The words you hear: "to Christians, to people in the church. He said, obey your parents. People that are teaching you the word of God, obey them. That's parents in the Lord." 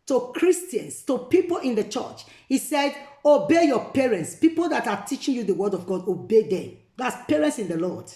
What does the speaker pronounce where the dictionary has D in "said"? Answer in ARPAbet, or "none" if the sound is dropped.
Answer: D